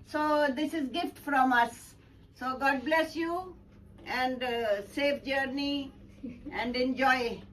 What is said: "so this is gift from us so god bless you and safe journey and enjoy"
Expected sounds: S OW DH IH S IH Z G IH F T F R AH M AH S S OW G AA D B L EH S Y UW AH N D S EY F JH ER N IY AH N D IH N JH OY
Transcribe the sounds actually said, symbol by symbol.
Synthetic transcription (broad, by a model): S OW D IH S IH Z G IH F T F R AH M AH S S OW G AA D B L EH S Y UW AH N D S EY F JH ER N IY AH N D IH N JH OY